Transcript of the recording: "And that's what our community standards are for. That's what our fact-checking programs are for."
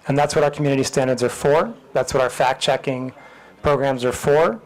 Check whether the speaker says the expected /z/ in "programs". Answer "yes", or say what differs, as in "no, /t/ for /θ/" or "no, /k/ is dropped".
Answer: yes